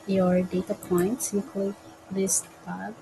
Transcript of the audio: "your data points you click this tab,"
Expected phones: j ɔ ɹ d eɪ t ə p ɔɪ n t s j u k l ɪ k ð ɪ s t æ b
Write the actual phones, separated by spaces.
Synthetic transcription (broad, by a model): j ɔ ɹ d eɪ t ə p ɔɪ n t s j u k ɪ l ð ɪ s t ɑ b